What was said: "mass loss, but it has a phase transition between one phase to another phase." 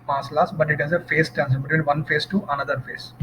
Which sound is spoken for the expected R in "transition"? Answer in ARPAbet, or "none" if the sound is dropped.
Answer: none